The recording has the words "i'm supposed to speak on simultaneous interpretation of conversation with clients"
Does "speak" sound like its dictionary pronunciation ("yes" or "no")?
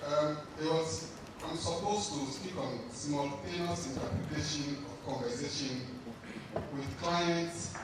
yes